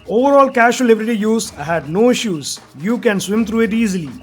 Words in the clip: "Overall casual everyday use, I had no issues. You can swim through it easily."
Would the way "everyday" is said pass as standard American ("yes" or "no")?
no